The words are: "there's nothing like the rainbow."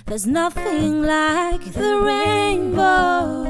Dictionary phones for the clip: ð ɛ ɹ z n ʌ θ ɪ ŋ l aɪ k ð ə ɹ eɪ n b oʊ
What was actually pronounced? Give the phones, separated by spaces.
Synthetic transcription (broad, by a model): ð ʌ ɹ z n ʌ θ ɪ ŋ l aɪ k ð ə ɹ eɪ n b oʊ